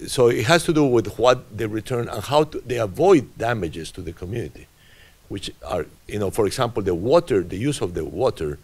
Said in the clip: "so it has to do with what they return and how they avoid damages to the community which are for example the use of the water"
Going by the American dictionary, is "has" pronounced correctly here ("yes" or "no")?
no